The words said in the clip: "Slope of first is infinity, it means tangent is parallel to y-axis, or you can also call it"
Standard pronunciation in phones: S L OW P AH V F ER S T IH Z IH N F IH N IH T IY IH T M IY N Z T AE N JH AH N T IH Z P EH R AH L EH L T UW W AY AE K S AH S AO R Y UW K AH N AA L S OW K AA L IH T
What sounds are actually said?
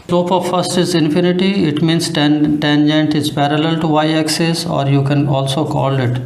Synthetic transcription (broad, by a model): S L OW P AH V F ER S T IH Z IH N F IH N IH T IY IH T M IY N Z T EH N JH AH N T IH Z P EH R AH L EH L T UW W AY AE K S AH S AO R Y UW K AH N AA L S OW K AA L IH T